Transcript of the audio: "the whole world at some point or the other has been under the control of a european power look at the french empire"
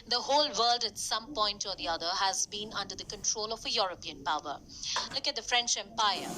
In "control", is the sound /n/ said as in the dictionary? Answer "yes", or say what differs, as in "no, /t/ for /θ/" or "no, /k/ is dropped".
yes